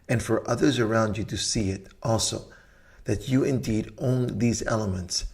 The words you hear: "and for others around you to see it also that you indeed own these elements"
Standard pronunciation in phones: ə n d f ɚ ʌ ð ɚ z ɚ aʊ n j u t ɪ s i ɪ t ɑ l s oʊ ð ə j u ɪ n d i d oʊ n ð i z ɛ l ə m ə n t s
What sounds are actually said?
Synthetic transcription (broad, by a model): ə n f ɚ ʌ ð ɚ z ɚ aʊ n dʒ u t ɪ s i ɪ t ɑ l s oʊ ð ə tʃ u ɪ n d i d oʊ n ð i z ɛ l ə m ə n t s